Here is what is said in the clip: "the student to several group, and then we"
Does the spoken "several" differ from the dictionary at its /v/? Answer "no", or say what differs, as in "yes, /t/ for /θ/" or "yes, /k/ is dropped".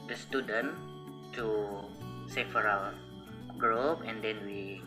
yes, /f/ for /v/